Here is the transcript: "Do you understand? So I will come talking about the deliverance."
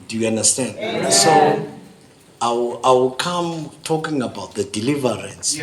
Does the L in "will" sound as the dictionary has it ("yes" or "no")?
no